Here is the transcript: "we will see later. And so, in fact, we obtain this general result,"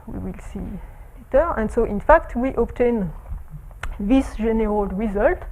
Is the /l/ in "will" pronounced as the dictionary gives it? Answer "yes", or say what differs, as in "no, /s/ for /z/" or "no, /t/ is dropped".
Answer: yes